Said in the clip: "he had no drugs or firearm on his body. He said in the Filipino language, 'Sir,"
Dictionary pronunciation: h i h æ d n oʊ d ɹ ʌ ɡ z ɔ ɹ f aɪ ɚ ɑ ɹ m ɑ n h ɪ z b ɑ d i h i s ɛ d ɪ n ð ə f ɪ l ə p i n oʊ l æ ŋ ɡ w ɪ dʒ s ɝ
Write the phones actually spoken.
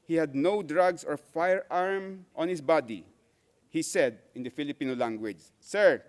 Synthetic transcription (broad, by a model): h i h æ d n oʊ d ɹ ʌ ɡ s ɔ ɹ f aɪ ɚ ɑ ɹ m ɑ n h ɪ s b ɑ d i h i s ɛ d ɪ n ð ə f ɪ l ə p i n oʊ l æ ŋ ɡ w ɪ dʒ s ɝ